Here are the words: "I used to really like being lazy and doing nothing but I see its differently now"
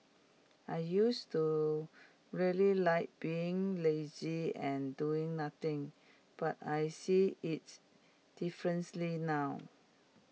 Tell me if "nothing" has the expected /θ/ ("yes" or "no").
no